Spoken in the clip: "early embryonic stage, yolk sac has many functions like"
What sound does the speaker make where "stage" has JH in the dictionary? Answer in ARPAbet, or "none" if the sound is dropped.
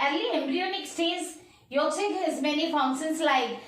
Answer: Z